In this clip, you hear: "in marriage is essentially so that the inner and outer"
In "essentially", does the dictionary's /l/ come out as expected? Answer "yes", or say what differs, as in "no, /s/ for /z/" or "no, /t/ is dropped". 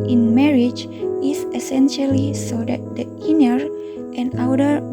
yes